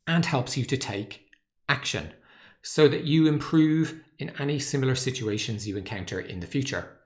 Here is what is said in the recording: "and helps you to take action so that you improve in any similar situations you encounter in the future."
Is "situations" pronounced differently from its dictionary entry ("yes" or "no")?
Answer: no